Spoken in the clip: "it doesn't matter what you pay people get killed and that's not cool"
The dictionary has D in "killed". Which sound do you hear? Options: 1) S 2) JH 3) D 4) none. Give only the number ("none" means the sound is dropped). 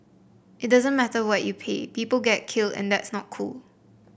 3